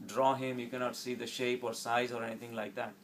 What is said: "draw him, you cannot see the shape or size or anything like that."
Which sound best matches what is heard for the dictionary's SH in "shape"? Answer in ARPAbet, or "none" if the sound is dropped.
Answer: SH